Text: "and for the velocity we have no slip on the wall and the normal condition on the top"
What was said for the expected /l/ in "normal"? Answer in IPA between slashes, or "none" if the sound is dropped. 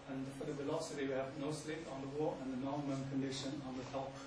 /n/